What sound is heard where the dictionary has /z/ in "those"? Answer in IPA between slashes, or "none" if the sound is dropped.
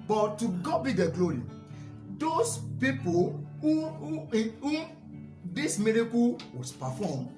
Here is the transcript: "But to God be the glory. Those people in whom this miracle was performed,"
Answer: /s/